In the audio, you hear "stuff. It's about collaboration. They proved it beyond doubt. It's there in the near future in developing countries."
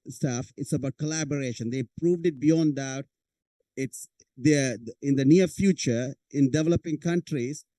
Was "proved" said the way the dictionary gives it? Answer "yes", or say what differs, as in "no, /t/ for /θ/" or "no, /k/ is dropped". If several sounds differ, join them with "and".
yes